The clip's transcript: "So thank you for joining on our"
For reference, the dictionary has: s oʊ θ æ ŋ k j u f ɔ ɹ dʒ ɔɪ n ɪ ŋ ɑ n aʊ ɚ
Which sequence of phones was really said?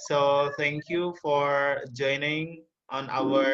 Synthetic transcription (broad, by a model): s oʊ t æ ŋ k j u f ɔ ɹ dʒ ɔɪ n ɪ ŋ ɑ n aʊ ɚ